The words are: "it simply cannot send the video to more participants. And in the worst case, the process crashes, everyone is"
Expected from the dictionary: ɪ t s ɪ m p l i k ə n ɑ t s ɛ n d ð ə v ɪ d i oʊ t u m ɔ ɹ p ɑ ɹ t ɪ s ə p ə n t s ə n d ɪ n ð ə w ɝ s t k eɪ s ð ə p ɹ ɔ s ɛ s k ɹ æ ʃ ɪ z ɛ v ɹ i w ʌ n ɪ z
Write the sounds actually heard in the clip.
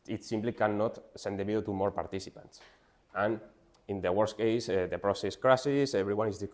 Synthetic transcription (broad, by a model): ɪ t s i m p l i k ə n ɑ t s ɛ n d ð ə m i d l t u m ɔ ɹ p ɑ ɹ t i s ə p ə n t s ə n ɪ n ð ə w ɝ s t k eɪ s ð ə p ɹ ɔ s ɛ s k ɹ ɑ s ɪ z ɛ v ɹ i w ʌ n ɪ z